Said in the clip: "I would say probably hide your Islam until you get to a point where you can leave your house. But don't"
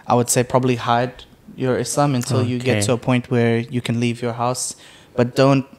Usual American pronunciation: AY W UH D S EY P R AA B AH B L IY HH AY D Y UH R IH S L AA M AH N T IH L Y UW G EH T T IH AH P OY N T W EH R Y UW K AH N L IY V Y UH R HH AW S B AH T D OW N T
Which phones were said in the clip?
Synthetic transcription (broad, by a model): AY W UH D S EY P R AA B AH B L IY HH AY D Y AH R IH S AA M AH N T IH L Y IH G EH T T IH AH P OY N T W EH R Y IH K AH N L IY V Y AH R HH AW S B AH T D OW N T